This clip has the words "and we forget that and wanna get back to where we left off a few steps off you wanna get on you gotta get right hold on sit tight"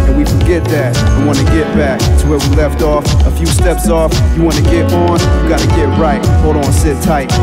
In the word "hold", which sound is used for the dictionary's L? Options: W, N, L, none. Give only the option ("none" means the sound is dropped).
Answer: none